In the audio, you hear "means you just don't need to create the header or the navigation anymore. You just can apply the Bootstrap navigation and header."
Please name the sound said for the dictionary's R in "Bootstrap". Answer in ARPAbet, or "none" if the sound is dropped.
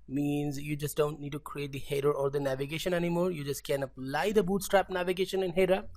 R